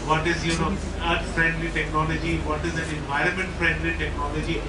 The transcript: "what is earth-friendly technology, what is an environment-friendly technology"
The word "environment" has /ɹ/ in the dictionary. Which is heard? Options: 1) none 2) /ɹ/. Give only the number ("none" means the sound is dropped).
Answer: 2